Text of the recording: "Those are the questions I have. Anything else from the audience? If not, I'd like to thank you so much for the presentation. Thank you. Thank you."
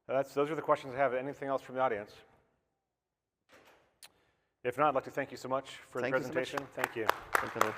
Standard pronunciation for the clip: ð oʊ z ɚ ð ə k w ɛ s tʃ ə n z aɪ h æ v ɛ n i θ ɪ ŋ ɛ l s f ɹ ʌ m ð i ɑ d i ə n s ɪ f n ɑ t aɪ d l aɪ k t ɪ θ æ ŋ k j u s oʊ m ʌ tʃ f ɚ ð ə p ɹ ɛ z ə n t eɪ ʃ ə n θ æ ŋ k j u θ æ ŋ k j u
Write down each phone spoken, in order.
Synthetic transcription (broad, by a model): ð oʊ z ɚ ð ə k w ɛ s tʃ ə n z aɪ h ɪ v ɛ n i θ ɪ ŋ ɛ l s f ɹ ʌ m ð i ɑ d i ə n s ɪ f n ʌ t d l aɪ k t ɪ θ æ ŋ k j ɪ s oʊ m ʌ tʃ f ɚ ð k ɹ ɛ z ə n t eɪ ʃ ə n θ æ ŋ k j u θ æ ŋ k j